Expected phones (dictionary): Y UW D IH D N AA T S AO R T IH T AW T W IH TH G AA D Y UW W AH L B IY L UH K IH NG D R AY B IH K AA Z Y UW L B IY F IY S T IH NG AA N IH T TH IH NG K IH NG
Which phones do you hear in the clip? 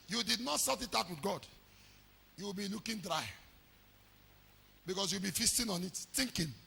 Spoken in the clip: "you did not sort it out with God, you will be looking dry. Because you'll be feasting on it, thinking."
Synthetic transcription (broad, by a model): Y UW D IH D N AA T S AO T IH T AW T W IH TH G AA D Y UW W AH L B IY L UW K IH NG D R AY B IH K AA S Y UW W B IY F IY S T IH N AA N IH T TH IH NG K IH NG